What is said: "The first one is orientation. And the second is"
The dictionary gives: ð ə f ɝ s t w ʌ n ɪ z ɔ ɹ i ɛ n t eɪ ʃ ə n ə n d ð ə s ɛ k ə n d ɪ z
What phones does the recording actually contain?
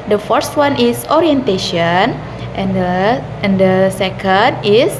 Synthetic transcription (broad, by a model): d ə f ɝ s t w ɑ n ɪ s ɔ ɹ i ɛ n t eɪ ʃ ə n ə n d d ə s ɛ k ə n d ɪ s